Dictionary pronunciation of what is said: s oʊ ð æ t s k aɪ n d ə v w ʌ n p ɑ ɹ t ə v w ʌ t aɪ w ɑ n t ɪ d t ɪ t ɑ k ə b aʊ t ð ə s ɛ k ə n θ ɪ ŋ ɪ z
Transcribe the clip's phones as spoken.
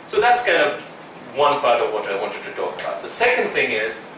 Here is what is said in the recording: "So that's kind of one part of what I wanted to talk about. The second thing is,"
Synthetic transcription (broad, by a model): s oʊ ð æ t s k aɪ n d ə w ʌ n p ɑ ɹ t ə w ʌ t aɪ w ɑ n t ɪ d t ɪ t ɑ k ə b aʊ t ð ə s ɛ k ə n θ ɪ ŋ ɪ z